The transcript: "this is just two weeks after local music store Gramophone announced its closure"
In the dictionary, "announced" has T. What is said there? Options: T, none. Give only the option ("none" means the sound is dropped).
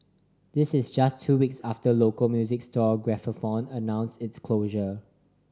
none